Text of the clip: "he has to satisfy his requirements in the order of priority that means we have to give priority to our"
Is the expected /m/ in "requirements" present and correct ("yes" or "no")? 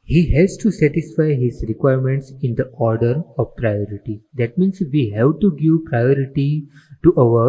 yes